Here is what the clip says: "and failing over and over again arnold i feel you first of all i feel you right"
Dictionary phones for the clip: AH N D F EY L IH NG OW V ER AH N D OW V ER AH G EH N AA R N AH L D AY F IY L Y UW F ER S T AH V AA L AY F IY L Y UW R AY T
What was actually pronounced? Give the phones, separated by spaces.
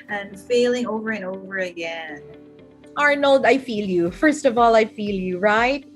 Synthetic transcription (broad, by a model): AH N F EY L IH NG OW V ER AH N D OW V ER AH G EH N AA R N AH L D AY F IY L Y UW F ER S T AH V AA L AY F IY L Y UW R AY T